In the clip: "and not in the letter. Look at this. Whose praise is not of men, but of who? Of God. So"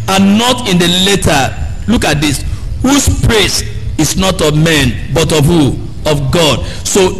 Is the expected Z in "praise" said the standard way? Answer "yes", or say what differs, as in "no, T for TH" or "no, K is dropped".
no, S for Z